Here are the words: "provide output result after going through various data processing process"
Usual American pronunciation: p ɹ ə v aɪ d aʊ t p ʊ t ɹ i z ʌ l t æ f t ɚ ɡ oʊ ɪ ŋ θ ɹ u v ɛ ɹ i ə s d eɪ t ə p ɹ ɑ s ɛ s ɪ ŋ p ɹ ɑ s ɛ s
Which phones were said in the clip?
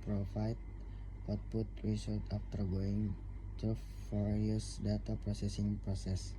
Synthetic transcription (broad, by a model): p ɹ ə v aɪ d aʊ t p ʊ t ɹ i s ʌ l t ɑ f t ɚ ɡ oʊ ɪ ŋ t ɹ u f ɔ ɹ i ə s d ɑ t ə p ɹ ɑ s ɛ s ɪ ŋ p ɹ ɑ s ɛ s